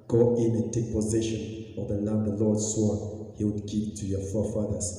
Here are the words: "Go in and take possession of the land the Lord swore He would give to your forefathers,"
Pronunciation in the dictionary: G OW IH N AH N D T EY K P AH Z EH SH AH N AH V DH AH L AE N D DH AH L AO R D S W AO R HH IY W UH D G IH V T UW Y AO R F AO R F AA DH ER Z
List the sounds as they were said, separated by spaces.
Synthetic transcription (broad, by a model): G OW IH N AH N T EY K P AH Z EH SH AH N AH V DH AH L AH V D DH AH L AO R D S W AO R HH IY W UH D G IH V T UW Y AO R F AO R F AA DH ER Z